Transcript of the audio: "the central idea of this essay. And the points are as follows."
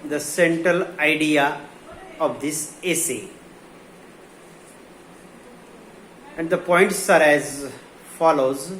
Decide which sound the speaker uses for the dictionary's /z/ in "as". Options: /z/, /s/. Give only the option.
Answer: /z/